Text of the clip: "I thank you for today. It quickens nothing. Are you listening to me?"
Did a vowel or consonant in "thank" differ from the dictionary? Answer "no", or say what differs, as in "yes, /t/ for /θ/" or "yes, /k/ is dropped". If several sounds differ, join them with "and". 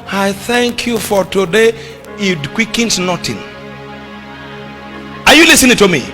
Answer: no